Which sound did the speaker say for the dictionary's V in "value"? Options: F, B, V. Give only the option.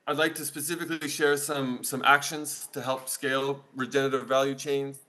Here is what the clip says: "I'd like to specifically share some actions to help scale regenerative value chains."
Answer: V